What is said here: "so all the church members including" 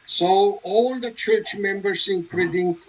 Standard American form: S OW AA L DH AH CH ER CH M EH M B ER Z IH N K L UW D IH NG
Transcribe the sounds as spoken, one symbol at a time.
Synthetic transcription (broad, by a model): S OW AA L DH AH CH ER CH M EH M B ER S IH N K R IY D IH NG